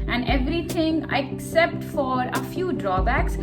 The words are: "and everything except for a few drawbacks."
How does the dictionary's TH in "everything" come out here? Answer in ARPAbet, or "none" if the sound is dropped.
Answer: T